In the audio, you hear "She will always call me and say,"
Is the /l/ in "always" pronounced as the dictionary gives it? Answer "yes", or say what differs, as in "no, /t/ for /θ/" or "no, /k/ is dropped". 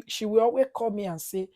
no, /l/ is dropped